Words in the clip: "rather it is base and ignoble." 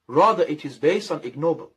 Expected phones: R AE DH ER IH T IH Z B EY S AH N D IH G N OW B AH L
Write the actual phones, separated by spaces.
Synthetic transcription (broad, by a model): R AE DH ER IH T IH Z B EY S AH N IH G N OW B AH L